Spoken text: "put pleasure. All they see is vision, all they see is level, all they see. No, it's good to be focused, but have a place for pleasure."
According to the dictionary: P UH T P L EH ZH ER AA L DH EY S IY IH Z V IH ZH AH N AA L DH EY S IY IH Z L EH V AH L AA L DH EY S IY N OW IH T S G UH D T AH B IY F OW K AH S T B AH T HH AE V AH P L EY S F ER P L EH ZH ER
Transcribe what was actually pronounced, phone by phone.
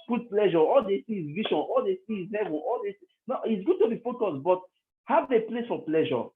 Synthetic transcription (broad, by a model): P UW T P L EH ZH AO AA L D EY S IY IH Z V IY SH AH N AA L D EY S IY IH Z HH EH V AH N AA L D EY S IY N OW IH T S G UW D T AH B IY F OW K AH S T B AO T HH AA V AH P L EY S F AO P L EH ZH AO